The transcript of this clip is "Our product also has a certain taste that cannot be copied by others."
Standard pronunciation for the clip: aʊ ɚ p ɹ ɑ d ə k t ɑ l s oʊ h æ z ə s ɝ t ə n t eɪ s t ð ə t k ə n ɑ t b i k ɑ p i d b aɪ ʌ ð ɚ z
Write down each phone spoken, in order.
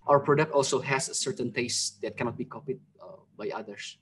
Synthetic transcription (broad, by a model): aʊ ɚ p ɹ ɑ d ə k t ɑ l s oʊ h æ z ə s ɝ t ə n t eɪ s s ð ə t k ə n ɑ t b i k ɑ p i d b aɪ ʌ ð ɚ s